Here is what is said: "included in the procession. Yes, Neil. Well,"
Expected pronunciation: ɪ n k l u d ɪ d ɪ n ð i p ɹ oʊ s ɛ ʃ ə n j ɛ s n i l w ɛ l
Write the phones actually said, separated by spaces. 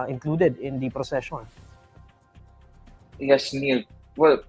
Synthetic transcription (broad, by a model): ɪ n k l u d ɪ d ɪ n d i p ɹ oʊ s ɛ ʃ ə n j ɛ s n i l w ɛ l